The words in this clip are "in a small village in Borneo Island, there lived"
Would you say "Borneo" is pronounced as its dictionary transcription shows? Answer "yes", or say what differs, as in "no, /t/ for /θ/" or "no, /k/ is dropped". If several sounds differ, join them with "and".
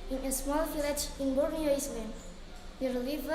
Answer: yes